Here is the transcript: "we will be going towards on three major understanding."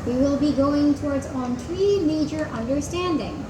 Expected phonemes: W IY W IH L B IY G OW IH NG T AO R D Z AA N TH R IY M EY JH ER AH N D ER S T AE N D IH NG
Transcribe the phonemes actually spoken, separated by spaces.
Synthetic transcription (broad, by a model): W IY W IH L B IY G OW IH NG T AO R D Z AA N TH R IY M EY JH ER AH N D ER S T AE N D IH NG